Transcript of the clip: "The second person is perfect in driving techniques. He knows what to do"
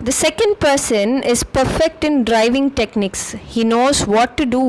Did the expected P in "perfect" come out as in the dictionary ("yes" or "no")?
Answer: yes